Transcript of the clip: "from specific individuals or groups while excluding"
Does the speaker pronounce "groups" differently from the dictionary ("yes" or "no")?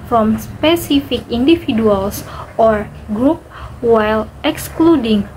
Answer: yes